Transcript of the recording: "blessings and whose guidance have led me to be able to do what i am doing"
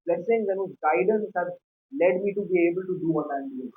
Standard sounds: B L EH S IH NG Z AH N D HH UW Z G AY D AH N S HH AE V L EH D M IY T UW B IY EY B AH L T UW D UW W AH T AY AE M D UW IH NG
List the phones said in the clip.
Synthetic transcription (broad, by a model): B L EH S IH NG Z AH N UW G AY D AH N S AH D L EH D M IY T UW B IY EY B AH L T UW D UW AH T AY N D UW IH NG